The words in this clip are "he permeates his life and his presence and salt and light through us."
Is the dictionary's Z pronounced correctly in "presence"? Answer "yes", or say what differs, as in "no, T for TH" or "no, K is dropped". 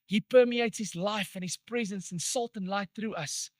yes